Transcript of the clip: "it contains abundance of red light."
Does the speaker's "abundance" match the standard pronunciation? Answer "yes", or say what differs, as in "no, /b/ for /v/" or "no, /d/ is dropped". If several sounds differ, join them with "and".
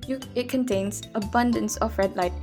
yes